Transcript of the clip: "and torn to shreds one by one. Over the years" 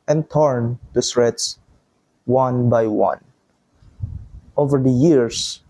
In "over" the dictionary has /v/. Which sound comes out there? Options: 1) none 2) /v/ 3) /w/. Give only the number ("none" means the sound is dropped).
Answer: 2